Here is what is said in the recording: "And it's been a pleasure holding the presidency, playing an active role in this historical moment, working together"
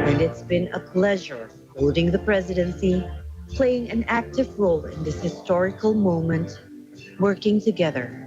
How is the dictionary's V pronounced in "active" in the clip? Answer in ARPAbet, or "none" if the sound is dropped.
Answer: V